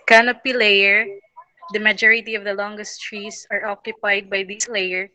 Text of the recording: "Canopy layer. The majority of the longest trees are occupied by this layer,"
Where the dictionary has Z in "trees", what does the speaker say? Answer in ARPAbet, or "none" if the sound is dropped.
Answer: S